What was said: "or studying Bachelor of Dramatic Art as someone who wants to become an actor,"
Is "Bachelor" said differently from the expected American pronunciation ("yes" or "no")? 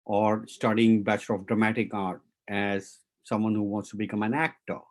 yes